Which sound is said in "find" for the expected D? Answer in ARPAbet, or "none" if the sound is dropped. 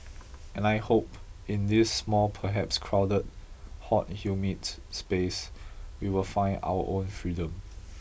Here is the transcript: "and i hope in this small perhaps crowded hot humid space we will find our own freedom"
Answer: none